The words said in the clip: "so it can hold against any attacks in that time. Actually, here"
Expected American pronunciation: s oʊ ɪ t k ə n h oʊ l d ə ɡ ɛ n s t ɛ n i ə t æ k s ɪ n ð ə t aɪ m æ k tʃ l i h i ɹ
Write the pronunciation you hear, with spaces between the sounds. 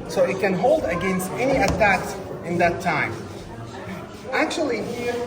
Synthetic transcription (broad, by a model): s oʊ ɪ t k ə n h oʊ l d ə ɡ ɛ n s t ɛ n i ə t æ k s ɪ n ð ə t aɪ m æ k tʃ i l i